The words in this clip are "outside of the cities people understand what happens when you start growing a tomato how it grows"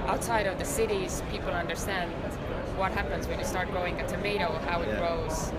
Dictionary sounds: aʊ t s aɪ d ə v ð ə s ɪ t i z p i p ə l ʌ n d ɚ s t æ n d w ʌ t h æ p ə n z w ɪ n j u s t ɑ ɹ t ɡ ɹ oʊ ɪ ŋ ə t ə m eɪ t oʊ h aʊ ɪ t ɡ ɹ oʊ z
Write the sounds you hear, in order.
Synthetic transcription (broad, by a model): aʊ t s aɪ d ə v ð ə s ɪ t i z p i p l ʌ n d ɚ s t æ n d w ʌ t h æ p ə n z w ɪ n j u s t ɑ ɹ t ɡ oʊ ɪ ŋ ə t ə m eɪ t oʊ h aʊ ɪ t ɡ ɹ oʊ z